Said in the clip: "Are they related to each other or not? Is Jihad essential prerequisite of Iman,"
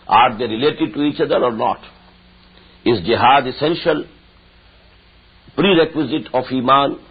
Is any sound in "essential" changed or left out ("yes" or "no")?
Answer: no